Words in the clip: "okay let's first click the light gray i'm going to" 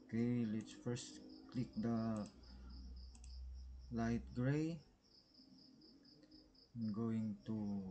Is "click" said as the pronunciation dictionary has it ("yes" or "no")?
yes